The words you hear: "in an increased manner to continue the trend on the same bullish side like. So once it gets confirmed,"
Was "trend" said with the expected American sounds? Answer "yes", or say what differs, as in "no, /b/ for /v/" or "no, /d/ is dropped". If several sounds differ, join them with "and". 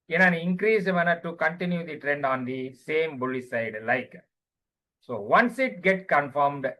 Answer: yes